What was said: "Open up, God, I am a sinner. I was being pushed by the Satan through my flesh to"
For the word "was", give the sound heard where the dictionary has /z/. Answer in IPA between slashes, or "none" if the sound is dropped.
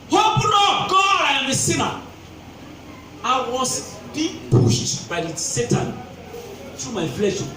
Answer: /s/